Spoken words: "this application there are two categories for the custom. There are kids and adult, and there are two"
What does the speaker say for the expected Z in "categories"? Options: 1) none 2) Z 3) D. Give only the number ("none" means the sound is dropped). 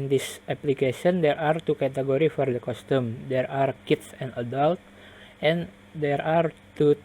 1